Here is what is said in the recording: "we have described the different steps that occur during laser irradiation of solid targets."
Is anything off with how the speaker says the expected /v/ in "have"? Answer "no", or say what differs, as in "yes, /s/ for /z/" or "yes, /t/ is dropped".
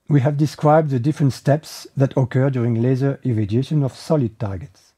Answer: no